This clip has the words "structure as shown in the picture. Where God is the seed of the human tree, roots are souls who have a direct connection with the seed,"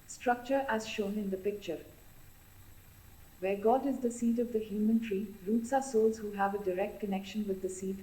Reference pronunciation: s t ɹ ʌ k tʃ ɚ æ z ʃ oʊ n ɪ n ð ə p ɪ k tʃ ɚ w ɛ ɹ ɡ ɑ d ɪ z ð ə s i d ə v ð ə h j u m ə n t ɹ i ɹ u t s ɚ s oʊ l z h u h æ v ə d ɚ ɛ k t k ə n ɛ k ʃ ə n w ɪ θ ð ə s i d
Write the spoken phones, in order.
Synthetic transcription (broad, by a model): s t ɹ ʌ k tʃ ɚ æ z ʃ oʊ n ɪ n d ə p ɪ k tʃ ɚ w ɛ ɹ ɡ ɑ d ɪ z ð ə s i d ə v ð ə h j u m ə n t ɹ i ɹ u t s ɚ s oʊ l z h u h æ v ə d ɚ ɛ k t k ə n ɛ k ʃ ə n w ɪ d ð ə s i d